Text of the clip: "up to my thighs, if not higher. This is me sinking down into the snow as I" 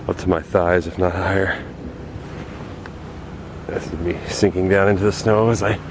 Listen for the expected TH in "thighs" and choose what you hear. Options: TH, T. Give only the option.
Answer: TH